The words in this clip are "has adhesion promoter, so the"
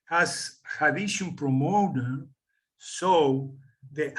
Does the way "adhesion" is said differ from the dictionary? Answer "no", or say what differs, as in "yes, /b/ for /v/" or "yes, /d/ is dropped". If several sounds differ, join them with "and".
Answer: yes, /ʃ/ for /ʒ/